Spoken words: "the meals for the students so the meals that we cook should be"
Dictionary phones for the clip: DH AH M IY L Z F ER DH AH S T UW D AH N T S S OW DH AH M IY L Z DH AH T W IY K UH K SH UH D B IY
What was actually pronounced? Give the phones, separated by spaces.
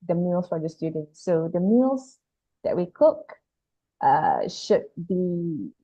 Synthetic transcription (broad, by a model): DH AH M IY L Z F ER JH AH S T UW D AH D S S OW DH AH M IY L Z DH AH T W IY K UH K SH UH D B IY